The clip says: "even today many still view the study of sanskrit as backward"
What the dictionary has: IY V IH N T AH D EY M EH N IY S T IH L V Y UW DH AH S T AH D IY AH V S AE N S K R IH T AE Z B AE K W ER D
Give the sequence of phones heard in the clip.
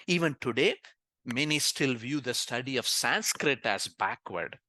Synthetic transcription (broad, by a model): IY V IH N T AH D EY M EH N IY S T IH L V Y UW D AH S T AH D IY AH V S AE N S K R IH T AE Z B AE K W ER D